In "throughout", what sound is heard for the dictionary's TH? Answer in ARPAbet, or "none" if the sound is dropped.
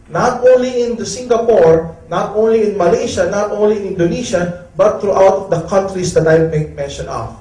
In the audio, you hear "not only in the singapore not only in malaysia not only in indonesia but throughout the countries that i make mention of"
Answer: T